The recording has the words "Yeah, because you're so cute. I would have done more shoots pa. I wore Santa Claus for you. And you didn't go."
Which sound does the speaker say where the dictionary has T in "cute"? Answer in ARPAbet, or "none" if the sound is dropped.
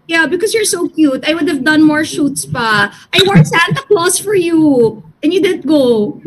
T